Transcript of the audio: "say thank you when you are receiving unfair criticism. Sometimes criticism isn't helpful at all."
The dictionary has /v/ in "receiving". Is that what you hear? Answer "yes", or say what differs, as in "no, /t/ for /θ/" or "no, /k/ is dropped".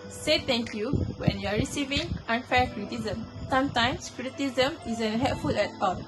yes